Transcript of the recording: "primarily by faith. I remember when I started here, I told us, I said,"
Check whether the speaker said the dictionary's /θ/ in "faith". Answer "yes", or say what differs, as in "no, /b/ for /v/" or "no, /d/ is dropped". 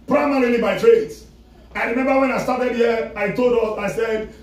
no, /s/ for /θ/